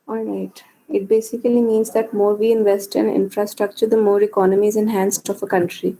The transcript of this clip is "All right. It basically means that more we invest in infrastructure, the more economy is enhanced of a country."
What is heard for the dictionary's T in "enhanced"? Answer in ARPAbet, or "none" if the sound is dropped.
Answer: T